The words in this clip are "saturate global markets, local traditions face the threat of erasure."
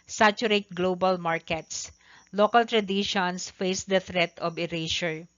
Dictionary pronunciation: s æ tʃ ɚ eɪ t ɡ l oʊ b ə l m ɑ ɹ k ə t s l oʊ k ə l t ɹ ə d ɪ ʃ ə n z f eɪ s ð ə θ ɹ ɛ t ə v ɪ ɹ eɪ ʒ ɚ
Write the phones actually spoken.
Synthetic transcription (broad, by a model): s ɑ tʃ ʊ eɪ t ɡ l oʊ b ə l m ɑ ɹ k ə t s l oʊ k ə l t ɹ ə d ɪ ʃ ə n s f eɪ s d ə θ ɹ ɛ t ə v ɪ ɹ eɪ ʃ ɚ